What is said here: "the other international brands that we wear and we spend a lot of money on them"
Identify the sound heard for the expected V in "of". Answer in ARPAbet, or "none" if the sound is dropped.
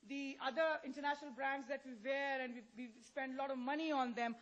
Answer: V